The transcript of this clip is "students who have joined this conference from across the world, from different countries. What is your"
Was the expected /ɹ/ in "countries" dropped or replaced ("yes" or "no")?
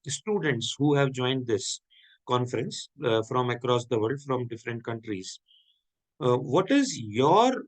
no